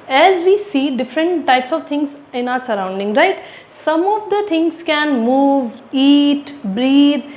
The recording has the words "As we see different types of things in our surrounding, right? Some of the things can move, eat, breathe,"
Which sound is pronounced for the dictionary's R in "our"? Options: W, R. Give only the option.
R